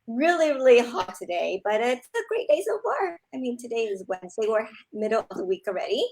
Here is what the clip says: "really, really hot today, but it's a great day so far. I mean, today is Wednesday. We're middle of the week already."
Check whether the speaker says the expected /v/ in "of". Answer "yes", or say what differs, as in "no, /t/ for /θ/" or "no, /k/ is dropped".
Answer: yes